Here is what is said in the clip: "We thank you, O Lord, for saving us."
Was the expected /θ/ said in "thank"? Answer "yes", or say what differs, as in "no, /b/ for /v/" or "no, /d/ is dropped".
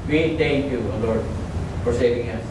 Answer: no, /t/ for /θ/